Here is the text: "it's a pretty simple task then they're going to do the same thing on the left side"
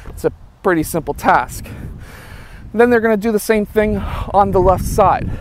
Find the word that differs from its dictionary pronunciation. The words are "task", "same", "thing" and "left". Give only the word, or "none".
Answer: none